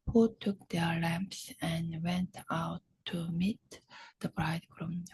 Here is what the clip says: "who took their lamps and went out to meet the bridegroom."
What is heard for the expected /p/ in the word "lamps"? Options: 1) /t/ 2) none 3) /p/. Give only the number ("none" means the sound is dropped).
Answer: 3